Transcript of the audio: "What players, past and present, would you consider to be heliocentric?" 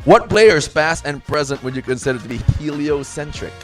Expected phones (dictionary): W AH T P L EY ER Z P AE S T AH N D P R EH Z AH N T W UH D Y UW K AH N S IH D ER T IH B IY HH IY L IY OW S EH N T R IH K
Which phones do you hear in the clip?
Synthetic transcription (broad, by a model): W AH T B L EY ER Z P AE S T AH N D P R EH Z AH N T W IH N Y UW K AH N S IH D ER T IH B IY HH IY L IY OW S EH N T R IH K